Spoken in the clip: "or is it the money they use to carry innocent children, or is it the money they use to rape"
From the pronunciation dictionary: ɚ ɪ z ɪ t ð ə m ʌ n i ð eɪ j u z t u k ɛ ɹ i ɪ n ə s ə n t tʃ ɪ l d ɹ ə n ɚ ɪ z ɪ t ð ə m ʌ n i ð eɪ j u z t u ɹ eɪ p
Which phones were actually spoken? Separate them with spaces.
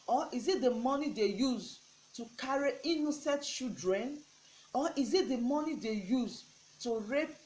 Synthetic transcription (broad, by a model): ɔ ɪ z ɪ t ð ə m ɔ n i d eɪ j u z t u k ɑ ɹ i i n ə s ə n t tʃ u d ɹ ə n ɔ ɪ z ɪ t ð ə m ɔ n i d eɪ j u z t u ɹ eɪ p